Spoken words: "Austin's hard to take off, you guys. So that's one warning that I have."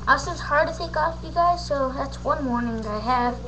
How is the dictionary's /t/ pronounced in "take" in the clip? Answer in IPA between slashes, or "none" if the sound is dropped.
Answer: /s/